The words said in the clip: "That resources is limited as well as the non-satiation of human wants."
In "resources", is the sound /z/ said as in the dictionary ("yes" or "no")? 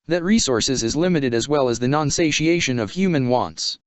yes